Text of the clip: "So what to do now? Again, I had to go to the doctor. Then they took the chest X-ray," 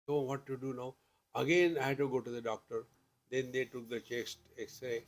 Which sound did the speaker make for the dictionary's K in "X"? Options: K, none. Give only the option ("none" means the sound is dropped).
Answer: none